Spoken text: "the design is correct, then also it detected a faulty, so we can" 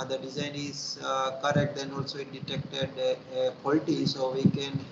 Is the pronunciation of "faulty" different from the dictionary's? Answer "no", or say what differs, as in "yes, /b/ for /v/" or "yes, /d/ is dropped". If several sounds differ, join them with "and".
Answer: yes, /p/ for /f/